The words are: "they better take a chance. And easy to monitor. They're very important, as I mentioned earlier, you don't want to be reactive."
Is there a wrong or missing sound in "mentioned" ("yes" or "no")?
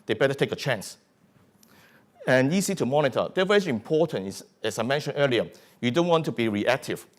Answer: yes